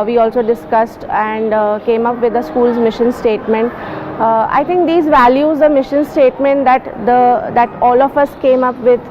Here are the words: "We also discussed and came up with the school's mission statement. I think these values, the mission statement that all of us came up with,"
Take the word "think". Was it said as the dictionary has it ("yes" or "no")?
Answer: no